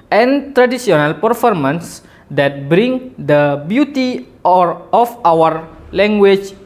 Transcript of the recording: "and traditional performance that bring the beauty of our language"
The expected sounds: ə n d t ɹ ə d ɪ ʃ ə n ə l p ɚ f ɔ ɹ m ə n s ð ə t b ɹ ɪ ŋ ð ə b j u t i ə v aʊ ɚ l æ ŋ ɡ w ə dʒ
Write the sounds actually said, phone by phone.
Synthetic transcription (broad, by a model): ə n t ɹ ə d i s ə n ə l p ɚ f ɔ ɹ m ə n s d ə t b ɹ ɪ ŋ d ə b j u t i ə f aʊ ɚ l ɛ ŋ ɡ w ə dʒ